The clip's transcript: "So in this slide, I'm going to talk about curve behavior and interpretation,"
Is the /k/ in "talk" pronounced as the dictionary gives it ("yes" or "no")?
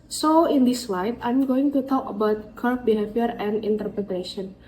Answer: yes